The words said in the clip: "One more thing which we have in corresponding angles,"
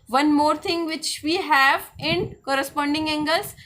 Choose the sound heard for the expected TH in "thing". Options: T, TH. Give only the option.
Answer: T